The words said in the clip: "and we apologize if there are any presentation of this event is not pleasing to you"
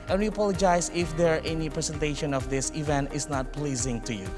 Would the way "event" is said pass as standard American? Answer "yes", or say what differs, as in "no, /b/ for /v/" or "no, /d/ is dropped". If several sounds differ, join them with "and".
yes